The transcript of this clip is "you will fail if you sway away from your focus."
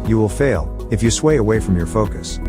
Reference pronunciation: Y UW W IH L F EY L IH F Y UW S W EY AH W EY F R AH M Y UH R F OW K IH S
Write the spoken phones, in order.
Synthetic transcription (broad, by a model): Y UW W IH L F EY L IH F Y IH S W EY AH W EY F R AH M Y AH R F OW K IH S